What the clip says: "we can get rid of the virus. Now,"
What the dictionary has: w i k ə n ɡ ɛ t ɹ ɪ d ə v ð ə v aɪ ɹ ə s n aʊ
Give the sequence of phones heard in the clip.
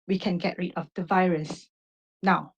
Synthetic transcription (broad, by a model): w i k ə n ɡ ɛ t ɹ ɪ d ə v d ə v aɪ ɹ ə s n aʊ